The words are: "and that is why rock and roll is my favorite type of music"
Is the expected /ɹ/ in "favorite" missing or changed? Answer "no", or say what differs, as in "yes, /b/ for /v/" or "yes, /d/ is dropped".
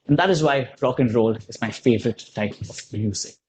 no